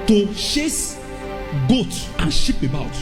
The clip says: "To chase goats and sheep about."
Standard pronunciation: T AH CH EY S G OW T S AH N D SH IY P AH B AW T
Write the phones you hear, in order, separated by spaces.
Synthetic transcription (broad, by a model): T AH SH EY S G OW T AH N SH IY P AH B AW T